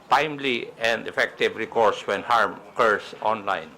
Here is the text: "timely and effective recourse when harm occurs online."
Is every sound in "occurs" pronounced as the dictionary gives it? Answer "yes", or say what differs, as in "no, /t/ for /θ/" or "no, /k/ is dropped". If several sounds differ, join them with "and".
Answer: no, /s/ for /z/